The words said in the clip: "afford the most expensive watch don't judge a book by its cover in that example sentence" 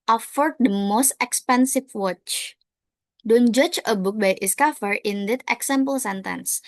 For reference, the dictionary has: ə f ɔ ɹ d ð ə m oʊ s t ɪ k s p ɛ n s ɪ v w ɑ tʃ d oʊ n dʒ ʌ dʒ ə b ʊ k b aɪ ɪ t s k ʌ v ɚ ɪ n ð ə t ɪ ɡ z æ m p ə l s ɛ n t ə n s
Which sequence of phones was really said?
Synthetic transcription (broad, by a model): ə f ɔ ɹ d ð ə m oʊ s t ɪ k s p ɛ n s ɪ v w ɑ tʃ d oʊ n dʒ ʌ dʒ ə b ʊ k b aɪ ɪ s k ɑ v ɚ ɪ n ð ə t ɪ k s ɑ m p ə l s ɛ n t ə n s